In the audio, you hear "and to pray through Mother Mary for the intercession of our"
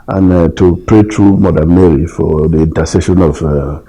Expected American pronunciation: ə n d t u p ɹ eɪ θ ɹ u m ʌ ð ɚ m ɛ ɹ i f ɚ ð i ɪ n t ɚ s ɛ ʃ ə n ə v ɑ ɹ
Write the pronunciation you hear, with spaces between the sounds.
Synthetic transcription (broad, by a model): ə n t u p ɹ eɪ t ɹ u m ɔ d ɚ m ɛ ɹ i f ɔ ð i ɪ n t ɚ s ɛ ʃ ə n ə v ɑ